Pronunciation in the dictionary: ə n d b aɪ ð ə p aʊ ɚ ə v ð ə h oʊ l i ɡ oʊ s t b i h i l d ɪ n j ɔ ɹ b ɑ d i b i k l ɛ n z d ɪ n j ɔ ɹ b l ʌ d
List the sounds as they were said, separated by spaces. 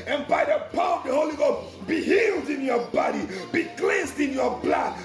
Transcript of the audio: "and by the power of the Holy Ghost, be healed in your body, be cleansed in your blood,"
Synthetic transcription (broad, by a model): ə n b aɪ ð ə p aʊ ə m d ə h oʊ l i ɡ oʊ b i h i l d ɪ n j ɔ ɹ b ɑ d i b i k l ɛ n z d ɪ n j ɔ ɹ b l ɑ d